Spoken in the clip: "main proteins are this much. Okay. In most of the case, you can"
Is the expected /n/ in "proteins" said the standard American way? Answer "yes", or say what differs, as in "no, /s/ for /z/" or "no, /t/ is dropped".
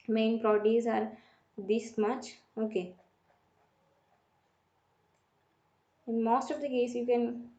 no, /n/ is dropped